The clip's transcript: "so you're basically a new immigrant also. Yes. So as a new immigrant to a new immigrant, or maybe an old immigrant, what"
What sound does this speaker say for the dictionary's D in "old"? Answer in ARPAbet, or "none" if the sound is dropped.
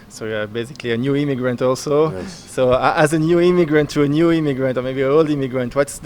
D